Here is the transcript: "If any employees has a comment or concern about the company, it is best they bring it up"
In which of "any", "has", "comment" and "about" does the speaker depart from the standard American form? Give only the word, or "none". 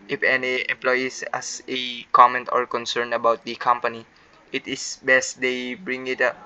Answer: has